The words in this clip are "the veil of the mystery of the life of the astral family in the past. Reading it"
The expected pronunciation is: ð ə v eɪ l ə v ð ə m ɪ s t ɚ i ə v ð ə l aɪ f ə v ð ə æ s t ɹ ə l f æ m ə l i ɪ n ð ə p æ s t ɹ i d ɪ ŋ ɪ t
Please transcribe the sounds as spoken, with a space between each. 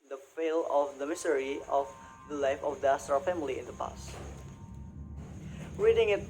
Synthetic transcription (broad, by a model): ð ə f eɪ l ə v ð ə m ɪ s t ɚ i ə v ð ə l aɪ f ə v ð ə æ s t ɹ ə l f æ m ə l i ɪ n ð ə p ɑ s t ɹ i d ɪ ŋ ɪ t